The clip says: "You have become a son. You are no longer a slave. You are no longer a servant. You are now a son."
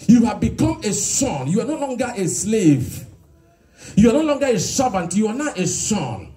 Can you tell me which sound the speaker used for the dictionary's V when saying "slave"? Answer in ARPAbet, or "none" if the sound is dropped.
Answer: V